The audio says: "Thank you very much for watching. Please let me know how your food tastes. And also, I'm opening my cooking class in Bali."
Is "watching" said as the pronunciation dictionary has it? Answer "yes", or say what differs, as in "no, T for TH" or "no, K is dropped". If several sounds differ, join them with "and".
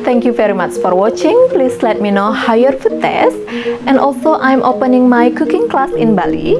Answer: yes